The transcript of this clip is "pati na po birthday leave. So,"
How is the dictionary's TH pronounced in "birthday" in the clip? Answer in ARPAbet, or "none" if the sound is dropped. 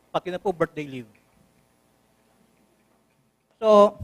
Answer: T